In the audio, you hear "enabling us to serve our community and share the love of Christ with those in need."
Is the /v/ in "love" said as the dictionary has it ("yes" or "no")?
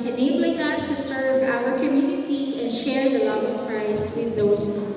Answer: yes